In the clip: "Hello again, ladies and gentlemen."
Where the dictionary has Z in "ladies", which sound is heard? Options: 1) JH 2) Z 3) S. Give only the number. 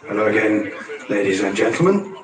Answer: 2